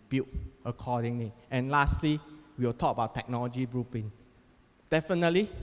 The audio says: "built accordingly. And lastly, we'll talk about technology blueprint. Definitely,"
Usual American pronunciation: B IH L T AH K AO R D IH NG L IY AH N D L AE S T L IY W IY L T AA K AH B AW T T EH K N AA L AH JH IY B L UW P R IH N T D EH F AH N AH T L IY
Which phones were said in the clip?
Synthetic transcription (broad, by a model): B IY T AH K AO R D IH NG L IY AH N L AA S T L IY W IY W T AA K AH B AW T T EH K N AA L AH JH IY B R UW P IH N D EH F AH N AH T L IY